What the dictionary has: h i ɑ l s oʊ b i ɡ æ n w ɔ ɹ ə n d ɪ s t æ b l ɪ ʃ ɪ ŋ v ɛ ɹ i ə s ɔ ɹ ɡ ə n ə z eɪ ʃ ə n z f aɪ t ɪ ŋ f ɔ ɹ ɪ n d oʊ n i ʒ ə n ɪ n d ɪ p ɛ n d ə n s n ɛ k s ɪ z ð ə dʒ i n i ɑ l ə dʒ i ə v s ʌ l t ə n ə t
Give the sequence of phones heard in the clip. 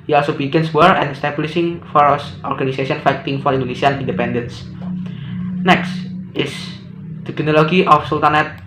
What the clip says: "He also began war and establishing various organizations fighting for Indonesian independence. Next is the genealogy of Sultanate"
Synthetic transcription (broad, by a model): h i ɑ l s oʊ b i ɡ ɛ n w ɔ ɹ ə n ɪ s t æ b l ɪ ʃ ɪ ŋ f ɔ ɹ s ɔ ɹ ɡ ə n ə s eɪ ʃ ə n f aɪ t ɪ ŋ f ɔ ɹ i n d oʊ n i s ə n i n d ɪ p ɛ n d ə n s n ɛ k s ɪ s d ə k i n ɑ l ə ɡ i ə f s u l t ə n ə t